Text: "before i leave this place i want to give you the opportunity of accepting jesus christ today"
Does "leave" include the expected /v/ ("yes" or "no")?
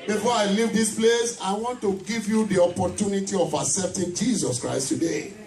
yes